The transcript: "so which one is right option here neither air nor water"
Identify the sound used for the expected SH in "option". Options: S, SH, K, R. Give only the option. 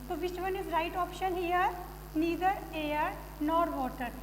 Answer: SH